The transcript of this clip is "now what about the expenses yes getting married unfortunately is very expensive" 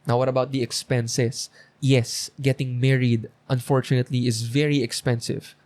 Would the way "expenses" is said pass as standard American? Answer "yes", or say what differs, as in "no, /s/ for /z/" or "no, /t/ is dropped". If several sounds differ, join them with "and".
no, /s/ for /z/